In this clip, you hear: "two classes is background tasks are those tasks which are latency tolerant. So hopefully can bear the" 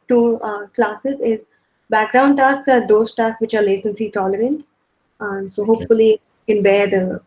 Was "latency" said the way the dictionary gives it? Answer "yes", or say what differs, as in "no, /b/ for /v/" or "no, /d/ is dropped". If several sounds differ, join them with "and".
no, /s/ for /t/